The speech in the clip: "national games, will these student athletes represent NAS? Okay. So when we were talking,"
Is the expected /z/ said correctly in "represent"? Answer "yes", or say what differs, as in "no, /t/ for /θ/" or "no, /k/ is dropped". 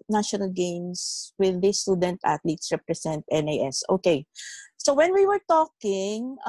no, /s/ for /z/